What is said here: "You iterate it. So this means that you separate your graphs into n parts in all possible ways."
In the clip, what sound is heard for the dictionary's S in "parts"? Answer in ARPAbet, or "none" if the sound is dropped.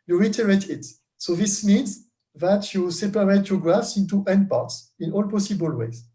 S